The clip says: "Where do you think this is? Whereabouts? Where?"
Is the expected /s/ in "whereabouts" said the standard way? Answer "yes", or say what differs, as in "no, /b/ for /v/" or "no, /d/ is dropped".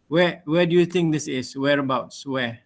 yes